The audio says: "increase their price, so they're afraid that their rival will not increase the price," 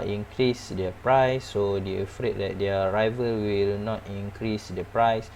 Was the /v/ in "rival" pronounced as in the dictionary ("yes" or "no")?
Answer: yes